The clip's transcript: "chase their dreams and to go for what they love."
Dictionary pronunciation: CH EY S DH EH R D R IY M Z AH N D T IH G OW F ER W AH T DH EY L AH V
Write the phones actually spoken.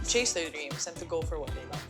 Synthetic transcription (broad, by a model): CH EY S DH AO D R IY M S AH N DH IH G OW F ER W AH T DH EY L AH